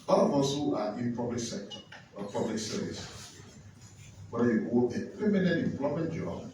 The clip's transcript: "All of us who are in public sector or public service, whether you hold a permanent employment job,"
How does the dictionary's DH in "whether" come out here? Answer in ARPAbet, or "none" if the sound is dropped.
none